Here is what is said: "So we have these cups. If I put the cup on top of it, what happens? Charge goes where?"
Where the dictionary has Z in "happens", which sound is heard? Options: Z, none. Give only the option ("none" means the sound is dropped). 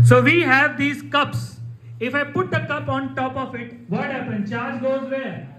none